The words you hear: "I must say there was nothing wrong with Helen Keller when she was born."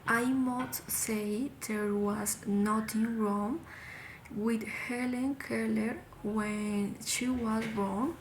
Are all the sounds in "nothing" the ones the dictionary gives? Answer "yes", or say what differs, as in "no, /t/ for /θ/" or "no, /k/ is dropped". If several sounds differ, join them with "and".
no, /t/ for /θ/